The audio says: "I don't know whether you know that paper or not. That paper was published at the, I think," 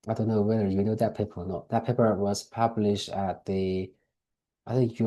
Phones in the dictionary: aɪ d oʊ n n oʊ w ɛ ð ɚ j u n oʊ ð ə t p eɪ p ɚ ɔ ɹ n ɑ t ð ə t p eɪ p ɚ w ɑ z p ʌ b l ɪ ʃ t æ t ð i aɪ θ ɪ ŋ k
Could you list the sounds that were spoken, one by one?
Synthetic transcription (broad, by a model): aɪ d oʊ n n oʊ w ɛ ð ɚ j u n oʊ ð ə t p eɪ p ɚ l n ɑ t ð ə t p eɪ p ɚ w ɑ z p ʌ b l ɪ ʃ t æ t ð i aɪ θ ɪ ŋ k